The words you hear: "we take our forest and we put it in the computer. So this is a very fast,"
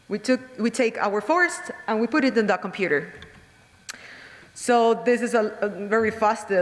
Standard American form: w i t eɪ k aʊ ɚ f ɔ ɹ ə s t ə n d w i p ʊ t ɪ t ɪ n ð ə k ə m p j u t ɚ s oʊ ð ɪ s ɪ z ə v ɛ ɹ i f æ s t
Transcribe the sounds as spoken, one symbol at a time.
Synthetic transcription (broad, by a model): w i t eɪ k aʊ ɚ f ɔ ɹ ə s t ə n w i p ʊ t ɪ t ɪ n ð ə k ə m p j u t ɚ s oʊ ð ɪ s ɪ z ə v ɛ ɹ i f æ s t